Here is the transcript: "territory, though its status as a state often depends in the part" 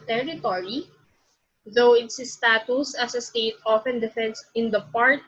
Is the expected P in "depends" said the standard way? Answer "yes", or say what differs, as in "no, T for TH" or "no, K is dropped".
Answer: no, F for P